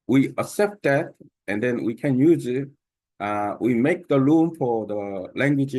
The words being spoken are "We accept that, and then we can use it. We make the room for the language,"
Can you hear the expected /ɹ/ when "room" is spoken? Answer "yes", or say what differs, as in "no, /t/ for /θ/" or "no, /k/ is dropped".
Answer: no, /l/ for /ɹ/